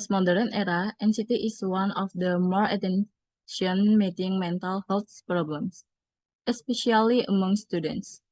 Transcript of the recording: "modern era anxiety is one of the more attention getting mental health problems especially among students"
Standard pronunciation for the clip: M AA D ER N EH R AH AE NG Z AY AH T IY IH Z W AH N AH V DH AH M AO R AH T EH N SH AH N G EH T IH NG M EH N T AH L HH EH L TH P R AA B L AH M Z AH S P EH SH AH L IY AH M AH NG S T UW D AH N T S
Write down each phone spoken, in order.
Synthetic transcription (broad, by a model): M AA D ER N EH R AH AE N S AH T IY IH S W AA N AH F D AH M AO R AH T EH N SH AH N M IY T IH NG M EH N T AH L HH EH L S P R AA B L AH M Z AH S P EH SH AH L IY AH M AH NG S T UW D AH N T S